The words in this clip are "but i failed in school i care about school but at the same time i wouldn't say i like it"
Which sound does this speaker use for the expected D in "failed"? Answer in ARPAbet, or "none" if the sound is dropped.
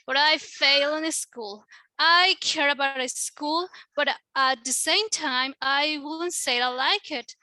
none